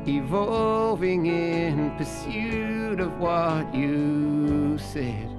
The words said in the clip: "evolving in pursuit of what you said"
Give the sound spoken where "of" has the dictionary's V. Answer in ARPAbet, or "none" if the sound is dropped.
V